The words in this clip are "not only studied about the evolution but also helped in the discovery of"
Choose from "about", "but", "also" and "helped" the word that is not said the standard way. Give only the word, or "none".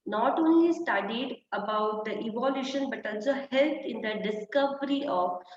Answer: helped